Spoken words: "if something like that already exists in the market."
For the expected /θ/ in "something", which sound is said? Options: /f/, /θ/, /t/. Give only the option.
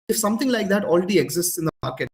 /t/